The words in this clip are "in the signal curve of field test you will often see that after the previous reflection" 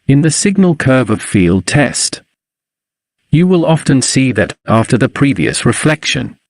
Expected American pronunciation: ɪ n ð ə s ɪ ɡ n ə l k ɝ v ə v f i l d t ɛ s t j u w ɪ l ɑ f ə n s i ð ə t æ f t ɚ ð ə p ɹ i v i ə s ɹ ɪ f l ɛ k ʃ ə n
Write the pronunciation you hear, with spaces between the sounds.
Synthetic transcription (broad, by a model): ɪ n ð ə s ɪ ɡ n ə l k ɝ v ə v f i l d t ɛ s t j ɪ w ɪ l ɑ f ə n s i ð ə t æ f t ɚ ð ə p ɹ i v i ə s ɹ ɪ f l ɛ k ʃ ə n